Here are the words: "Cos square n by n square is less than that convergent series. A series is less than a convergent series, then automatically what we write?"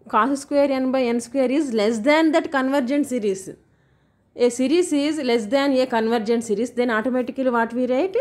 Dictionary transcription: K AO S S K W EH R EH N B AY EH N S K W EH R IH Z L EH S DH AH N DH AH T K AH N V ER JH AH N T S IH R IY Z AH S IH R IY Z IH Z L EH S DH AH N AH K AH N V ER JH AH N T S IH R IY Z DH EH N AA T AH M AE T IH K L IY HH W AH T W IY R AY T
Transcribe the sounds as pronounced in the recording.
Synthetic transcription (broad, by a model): K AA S S K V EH R EH N B AY EH N S K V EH R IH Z L EH S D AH N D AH T K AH N V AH JH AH N T S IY R IY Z AH S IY R IY S IH Z L EH S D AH N AH K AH N V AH JH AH N T S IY R IY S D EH N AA T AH M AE T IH K IY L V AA T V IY R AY T